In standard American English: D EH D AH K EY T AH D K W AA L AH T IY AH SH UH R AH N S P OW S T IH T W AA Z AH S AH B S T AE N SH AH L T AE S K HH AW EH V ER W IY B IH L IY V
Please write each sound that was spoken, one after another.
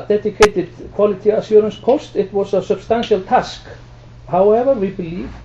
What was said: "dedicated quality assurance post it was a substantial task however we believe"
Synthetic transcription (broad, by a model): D EH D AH K EY T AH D K W AA L AH T IY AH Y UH R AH N S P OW S T IH T W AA S AH S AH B S T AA N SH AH L T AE S K HH AW EH V ER W IY B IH L IY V